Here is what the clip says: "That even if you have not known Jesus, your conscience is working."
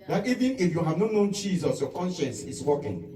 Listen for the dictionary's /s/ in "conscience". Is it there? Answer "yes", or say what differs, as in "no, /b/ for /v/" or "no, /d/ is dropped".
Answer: yes